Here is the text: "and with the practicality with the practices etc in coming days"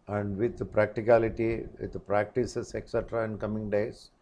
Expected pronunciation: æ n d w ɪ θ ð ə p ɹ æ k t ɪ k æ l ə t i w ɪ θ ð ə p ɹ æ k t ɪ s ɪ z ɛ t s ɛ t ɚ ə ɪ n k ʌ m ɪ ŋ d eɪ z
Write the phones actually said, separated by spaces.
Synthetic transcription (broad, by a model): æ n d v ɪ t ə p ɹ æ k t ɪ k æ l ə t i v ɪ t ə p ɹ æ k t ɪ s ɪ s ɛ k s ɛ t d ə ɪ n k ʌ m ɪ ŋ d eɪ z